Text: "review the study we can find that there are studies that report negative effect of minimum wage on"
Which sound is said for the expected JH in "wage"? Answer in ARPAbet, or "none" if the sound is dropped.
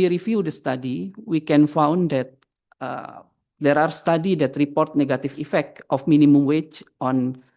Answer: CH